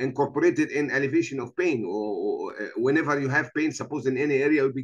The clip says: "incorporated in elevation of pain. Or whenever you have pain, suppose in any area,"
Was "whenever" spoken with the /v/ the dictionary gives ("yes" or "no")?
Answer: yes